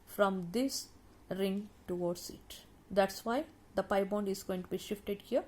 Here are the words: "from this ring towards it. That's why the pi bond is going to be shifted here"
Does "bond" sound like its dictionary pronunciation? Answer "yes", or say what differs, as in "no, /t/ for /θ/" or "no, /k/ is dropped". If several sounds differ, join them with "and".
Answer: yes